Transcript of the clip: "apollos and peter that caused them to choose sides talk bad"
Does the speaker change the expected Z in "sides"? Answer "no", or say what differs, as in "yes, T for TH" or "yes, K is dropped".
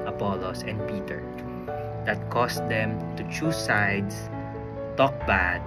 yes, S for Z